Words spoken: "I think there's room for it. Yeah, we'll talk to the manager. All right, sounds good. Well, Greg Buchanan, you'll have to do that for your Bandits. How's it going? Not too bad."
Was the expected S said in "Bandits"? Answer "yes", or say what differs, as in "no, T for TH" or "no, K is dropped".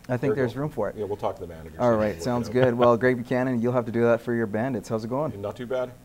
yes